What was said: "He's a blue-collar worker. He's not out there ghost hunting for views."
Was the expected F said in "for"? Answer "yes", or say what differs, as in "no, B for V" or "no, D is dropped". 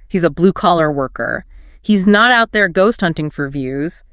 yes